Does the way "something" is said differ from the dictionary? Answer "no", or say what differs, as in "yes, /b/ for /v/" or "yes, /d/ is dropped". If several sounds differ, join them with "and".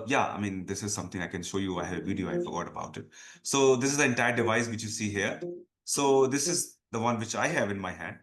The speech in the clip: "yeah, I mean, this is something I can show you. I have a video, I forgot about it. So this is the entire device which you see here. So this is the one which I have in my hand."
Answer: yes, /t/ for /θ/